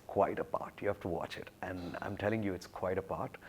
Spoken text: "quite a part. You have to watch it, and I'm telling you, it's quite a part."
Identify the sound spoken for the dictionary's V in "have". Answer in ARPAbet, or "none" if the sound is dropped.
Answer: F